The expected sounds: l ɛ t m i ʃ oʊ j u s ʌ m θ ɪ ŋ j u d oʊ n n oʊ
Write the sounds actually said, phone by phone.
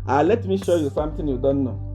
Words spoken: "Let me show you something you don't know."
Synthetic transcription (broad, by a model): l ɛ t m i ʃ oʊ j u s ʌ m t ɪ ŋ j u d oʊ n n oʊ